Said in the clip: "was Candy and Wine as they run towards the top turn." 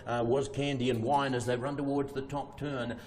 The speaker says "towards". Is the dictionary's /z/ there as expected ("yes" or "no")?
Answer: yes